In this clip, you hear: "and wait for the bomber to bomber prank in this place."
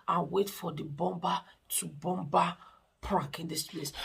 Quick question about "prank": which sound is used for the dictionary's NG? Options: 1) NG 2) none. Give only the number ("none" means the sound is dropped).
2